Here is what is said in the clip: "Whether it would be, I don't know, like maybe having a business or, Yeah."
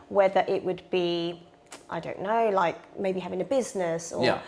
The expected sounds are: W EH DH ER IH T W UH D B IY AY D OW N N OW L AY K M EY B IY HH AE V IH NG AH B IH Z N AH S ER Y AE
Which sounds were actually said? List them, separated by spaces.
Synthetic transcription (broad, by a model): W EH DH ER IH T W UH D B IY AY D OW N N OW L AY K M EY B IY HH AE V IH NG AH B IH Z N AH S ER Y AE